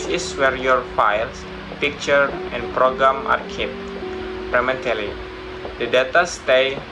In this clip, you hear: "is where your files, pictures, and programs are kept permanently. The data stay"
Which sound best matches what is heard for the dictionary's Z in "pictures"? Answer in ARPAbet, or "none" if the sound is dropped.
none